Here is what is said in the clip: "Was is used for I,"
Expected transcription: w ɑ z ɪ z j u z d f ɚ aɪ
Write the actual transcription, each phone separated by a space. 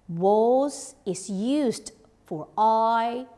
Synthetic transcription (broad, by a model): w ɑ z ɪ z j u z d f ɚ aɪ